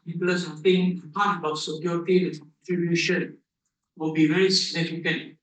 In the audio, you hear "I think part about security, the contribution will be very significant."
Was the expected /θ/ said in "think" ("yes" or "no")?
no